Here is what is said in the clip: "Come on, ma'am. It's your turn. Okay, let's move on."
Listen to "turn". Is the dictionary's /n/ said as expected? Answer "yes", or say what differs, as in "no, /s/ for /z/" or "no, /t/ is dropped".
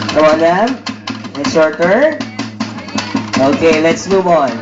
no, /n/ is dropped